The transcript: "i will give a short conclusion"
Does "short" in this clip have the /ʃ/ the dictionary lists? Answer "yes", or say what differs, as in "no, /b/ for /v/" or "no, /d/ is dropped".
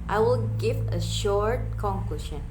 yes